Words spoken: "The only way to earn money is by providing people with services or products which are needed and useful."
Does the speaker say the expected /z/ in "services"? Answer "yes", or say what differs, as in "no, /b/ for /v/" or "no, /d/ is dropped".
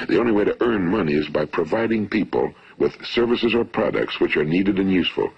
yes